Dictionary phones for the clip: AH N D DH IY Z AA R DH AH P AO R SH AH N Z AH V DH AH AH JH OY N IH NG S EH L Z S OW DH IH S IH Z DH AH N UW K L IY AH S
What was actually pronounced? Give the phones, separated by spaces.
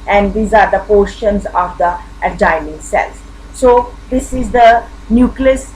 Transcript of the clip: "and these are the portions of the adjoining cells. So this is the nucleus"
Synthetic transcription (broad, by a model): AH N D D IY Z AA R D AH P AO R SH AH N Z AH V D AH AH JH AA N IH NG S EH L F S OW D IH S IH Z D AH N UW K L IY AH S